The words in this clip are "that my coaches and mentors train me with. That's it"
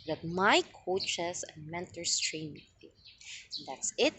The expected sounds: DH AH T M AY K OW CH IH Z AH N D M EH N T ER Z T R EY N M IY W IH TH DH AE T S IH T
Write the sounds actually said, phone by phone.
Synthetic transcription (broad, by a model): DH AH T M AY K OW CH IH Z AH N M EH N T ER S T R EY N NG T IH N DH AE T S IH T